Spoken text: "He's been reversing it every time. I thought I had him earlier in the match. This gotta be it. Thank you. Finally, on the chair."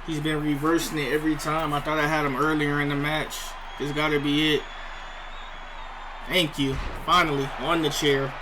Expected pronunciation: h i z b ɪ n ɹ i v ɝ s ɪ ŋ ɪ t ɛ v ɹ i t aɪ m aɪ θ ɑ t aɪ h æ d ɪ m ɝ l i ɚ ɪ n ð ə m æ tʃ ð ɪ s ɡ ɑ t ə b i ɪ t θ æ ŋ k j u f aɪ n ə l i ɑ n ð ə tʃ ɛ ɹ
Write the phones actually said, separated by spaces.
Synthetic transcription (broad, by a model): h i z b ɪ n ɹ i v ɝ s ɪ ŋ ɪ t ɛ v ɹ i t aɪ m aɪ θ ɑ t aɪ h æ d ɪ m ɝ l i ɚ ɪ n ð ə m æ tʃ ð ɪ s ɡ ɑ t ə b i ɪ t θ æ ŋ k j u f aɪ n l i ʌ n ð ə tʃ ɛ ɹ